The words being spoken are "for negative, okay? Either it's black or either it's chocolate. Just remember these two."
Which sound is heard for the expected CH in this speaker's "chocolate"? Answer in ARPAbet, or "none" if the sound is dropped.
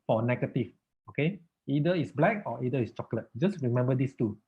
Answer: CH